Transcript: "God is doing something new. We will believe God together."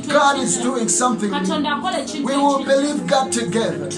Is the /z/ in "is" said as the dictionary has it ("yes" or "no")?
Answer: yes